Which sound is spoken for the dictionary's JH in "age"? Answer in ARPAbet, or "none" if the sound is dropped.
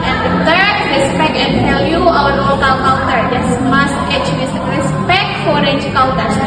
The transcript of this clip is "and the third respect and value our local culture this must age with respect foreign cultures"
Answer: CH